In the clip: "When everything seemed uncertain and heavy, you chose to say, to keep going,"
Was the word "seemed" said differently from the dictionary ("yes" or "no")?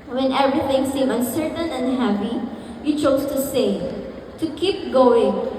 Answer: yes